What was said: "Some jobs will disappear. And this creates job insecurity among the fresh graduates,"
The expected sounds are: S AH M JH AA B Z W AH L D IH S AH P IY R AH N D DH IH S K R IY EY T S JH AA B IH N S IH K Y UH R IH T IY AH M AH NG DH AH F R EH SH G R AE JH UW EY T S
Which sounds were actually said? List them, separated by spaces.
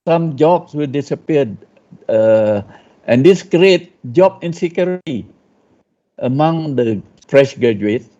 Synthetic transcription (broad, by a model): S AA M JH AA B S W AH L D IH S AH P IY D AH N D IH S K R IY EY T JH AA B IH N S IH K Y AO R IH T IY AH M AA NG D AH F R EH SH G R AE JH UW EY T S